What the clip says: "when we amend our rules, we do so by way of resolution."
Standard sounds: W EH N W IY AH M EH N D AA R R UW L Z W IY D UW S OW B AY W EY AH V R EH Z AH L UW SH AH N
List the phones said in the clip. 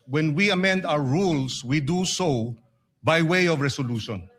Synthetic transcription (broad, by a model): W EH N W IY AH M EH N D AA W R UW L S W IY D UW S OW B AY W EY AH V R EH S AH L UW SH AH N